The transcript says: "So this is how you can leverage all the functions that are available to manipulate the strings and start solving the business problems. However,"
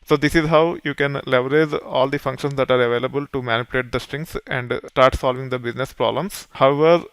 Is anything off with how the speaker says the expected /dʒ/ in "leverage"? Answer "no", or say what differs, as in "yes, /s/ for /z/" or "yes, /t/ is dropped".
yes, /z/ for /dʒ/